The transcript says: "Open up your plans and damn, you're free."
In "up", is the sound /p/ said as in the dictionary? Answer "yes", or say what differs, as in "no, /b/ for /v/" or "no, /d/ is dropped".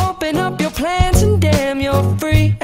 yes